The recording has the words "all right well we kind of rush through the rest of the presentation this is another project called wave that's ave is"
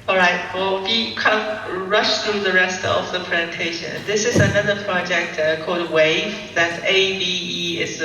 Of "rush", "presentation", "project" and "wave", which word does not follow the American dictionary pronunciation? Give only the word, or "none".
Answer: none